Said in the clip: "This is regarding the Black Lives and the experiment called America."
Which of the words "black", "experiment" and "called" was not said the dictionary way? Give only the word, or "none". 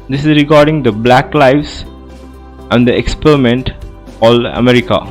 called